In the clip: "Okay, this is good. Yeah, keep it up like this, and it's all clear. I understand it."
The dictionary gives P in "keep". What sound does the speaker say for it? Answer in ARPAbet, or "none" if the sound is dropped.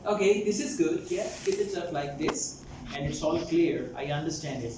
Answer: F